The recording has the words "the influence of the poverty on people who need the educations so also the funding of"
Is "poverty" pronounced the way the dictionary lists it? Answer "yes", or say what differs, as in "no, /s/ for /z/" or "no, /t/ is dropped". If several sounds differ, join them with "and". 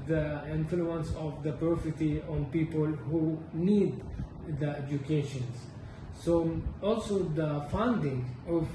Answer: no, /f/ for /v/